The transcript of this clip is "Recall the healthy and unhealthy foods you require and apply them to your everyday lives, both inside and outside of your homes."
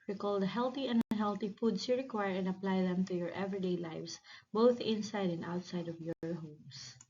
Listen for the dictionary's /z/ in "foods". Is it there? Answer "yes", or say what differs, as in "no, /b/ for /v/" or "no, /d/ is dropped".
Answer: no, /s/ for /z/